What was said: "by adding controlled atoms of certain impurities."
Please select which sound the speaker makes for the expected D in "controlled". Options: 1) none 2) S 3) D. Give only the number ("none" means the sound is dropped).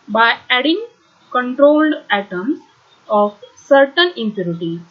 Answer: 3